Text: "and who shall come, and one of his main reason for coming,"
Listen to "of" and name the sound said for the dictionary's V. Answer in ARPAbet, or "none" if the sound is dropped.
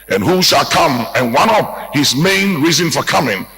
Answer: P